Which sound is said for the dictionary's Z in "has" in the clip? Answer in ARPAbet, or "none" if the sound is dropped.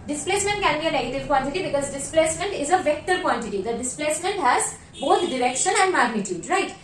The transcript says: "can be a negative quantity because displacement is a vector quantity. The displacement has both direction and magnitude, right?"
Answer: Z